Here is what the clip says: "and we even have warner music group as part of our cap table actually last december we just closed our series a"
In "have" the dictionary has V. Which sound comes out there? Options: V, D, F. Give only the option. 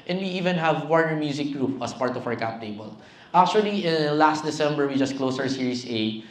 V